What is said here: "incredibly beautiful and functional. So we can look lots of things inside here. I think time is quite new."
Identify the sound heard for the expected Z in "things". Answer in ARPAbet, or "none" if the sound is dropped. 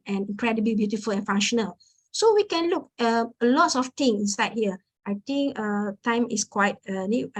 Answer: none